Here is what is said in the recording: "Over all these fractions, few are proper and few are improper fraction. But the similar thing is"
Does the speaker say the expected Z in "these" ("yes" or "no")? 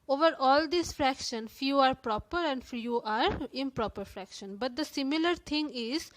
no